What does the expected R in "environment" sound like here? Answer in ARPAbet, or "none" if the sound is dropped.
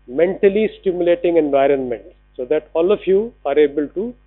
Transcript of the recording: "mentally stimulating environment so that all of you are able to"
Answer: R